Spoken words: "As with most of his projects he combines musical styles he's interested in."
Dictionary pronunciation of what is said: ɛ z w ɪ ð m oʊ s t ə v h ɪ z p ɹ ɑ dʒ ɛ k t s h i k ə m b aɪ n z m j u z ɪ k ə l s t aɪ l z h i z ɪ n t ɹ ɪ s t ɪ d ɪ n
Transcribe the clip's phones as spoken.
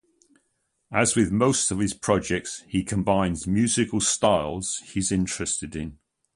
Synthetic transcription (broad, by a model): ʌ z w ɪ ð m oʊ s t ə v ɪ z p ɹ ɑ dʒ ɛ k t s h i k ə m b aɪ n z m j u z ɪ k ə l s t aɪ l z h i z ɪ n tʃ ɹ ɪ s t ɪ d ɪ n